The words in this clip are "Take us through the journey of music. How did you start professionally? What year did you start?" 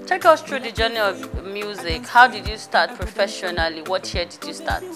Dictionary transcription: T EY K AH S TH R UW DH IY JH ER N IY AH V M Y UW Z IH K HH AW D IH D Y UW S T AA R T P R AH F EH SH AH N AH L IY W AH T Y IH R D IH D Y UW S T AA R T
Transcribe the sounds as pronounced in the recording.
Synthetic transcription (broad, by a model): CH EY K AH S T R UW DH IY JH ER N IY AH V M Y UW Z IH K HH AW D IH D Y UW S T AA T P R AH F EH SH AH N AH L IY W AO T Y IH D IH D Y UW S T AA T